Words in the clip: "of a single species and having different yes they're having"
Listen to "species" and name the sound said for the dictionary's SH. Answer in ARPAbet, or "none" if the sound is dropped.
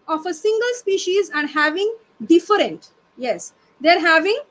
SH